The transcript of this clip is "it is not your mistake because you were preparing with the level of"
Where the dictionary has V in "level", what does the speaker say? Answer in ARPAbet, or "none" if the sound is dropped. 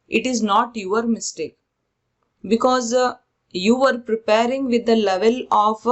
V